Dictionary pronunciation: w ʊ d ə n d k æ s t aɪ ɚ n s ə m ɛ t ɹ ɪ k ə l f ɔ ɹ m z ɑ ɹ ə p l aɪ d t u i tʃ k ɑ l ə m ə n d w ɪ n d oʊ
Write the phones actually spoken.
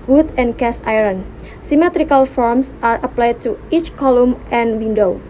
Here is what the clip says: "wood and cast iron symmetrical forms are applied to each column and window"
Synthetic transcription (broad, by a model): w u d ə n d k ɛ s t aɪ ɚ n s ə m ɛ t ɹ ɪ k ə l f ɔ ɹ m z ɑ ɹ ə p l aɪ d t u i tʃ k ɑ l ə m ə n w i n d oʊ